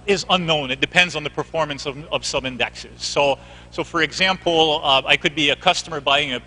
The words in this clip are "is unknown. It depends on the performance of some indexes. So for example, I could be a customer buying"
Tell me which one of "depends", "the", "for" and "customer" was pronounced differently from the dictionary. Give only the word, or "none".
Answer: none